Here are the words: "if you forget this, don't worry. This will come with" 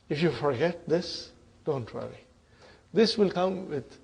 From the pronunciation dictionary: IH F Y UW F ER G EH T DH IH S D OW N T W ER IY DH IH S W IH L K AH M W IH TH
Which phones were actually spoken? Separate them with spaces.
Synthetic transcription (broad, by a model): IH F Y UW F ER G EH T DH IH S D OW N T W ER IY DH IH S W IH L K AH M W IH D